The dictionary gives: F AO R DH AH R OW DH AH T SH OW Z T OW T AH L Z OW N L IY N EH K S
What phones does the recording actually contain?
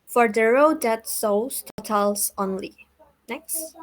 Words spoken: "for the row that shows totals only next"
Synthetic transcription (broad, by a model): F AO R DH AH R OW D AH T S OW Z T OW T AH L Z OW N L IY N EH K S